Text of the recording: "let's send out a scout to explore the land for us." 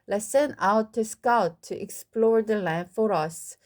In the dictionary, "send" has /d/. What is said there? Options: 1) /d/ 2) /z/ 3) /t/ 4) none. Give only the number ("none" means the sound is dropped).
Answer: 4